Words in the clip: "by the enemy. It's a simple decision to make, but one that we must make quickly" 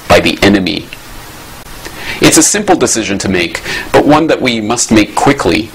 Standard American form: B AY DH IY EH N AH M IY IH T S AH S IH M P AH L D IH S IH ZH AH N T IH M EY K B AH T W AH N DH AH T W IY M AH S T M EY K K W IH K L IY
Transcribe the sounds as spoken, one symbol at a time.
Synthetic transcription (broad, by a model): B AY DH IY EH N AH M IY IH T S AH S IH M P L D IH S IH ZH AH N T IH M EY K B AH T W AH N DH AH T W IY M AH S T M EY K K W IH K L IY